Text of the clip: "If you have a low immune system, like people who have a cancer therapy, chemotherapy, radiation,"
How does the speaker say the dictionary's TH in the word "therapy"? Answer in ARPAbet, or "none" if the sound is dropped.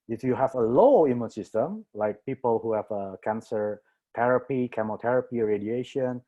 T